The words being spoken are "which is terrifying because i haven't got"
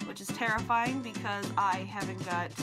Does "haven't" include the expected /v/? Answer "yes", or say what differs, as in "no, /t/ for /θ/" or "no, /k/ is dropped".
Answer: yes